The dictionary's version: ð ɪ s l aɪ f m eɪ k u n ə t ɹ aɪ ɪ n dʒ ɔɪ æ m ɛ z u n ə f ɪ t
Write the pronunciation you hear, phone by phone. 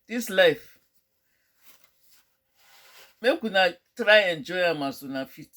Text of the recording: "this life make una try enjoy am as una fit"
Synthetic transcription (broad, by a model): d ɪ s l aɪ f m eɪ k u n ə t ɹ aɪ ɪ n dʒ ɔɪ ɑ m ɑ s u n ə f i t